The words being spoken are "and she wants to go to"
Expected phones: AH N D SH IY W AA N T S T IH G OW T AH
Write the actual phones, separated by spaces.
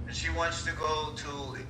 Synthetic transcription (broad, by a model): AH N SH IY W AA N T S T IH G OW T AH